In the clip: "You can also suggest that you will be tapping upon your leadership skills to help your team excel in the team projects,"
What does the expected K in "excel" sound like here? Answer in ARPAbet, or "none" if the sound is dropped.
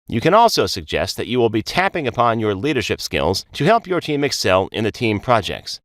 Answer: K